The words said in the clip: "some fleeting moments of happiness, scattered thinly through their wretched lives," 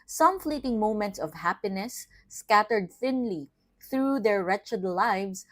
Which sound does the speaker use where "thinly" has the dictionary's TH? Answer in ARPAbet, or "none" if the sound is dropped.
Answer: TH